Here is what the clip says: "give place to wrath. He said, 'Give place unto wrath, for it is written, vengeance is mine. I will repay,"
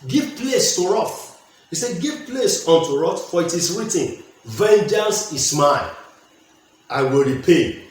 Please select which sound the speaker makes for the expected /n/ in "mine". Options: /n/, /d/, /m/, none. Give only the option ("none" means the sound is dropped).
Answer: none